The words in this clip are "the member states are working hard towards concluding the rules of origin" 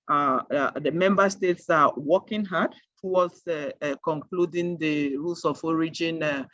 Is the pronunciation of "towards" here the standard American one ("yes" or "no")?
no